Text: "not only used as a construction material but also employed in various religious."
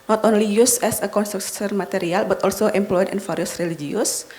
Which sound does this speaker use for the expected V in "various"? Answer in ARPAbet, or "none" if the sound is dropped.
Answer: F